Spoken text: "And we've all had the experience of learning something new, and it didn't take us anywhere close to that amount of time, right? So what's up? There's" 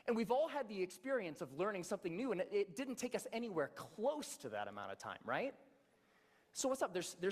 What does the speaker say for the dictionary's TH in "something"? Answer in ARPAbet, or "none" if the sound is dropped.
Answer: TH